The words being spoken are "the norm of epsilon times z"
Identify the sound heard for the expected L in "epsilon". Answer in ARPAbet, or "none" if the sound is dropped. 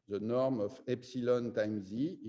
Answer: L